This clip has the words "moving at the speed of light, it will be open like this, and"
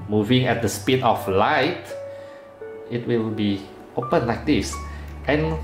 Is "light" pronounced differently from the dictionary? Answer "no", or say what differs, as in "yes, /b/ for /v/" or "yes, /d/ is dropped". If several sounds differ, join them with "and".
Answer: no